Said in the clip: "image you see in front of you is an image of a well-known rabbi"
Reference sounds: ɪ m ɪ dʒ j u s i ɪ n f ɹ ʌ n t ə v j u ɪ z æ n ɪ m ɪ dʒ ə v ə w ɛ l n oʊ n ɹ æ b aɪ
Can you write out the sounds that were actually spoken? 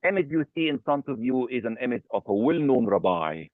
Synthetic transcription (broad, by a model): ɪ m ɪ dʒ j u s i ɪ n f ɹ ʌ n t ə v j u ɪ z æ n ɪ m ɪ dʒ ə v ə w ɛ l n oʊ n ɹ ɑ b aɪ